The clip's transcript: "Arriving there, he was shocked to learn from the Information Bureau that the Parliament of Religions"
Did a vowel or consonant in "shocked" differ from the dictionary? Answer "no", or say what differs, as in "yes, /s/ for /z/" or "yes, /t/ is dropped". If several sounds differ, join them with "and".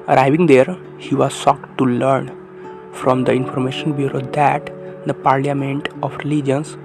yes, /s/ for /ʃ/